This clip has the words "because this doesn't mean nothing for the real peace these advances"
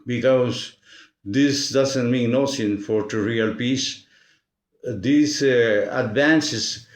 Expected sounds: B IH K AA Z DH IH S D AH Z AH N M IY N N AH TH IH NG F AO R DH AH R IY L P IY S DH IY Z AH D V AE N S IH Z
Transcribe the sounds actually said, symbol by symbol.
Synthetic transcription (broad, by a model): B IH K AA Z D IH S D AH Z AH N M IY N N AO S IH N F AO R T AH R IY L P IY S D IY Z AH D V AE N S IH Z